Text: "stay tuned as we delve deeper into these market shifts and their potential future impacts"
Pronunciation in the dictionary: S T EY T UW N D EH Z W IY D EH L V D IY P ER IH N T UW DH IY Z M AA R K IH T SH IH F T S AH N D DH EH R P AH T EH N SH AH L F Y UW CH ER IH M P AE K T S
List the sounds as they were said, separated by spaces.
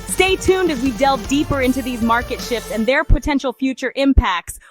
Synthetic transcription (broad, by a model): S T EY T UW N D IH Z W IY D EH L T D IY P ER IH N T UW DH IY Z M AA R K IH T SH IH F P S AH N DH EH R P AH T EH N SH L F Y UW CH ER IH M P AE K T S